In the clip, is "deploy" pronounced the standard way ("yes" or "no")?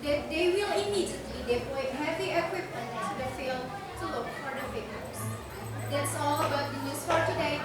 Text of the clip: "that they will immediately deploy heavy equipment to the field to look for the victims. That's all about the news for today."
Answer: no